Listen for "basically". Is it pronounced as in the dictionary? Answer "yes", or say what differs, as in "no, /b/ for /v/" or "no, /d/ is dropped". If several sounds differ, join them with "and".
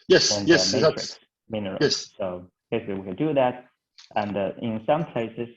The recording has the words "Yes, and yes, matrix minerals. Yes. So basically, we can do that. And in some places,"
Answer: no, /s/ is dropped